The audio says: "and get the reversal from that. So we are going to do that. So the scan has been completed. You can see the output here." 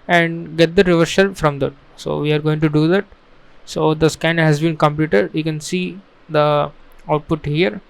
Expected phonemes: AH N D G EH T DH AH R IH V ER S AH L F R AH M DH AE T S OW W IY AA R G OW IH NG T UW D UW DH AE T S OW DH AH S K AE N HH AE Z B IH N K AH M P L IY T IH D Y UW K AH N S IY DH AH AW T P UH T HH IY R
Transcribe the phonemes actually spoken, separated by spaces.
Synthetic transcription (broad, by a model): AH N D G EH T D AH R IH V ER SH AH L F R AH M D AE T S OW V IY AA R G OW IH NG T UW D UW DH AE T S OW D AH S K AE N HH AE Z B IH N K AH M P L IY T IH D Y UW K AH N S IY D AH AW T P UH T HH IY R